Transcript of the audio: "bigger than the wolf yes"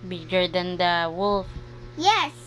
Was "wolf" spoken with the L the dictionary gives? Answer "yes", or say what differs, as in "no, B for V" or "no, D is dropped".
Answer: yes